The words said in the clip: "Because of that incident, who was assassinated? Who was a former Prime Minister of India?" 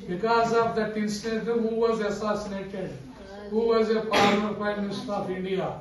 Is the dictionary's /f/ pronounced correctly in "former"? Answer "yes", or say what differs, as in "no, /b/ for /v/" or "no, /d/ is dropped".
no, /p/ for /f/